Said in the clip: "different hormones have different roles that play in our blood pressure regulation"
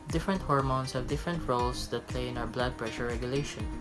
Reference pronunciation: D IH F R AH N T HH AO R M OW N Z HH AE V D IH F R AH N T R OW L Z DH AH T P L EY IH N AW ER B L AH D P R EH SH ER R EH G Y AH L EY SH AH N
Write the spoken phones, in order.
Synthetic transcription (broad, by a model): D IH F R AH N T HH AO R M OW N S HH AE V D IH F R AH N T R OW L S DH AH T P L EY IH N AW ER B L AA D P R EH SH ER R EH G Y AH L EY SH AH N